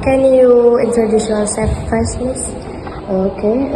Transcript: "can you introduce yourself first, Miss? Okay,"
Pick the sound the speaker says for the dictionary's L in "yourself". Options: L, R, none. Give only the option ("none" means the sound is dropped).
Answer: none